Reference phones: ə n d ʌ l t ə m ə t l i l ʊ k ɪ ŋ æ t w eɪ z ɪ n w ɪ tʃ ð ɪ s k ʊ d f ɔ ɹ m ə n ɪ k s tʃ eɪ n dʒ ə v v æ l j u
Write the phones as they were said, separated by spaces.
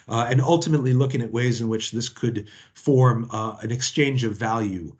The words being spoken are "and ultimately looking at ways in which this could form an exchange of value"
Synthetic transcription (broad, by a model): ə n ʌ l t ə m ə t l i l ʊ k ɪ ŋ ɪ t w eɪ z ɪ n w ɪ tʃ ð ɪ s k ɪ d f ɔ ɹ m ə n ɪ k s tʃ eɪ n dʒ ə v v æ l j u